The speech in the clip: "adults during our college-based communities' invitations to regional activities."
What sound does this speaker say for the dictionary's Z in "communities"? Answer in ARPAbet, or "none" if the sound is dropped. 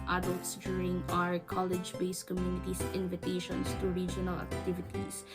S